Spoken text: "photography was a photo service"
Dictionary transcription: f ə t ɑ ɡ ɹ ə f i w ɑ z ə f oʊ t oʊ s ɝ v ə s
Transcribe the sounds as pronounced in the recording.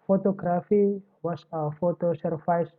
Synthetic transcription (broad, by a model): f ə t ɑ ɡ ɹ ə f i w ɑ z ə f oʊ t oʊ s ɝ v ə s